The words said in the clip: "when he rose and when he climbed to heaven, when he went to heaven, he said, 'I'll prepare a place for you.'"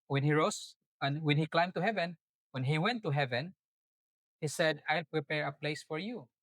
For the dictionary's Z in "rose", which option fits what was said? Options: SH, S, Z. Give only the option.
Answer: S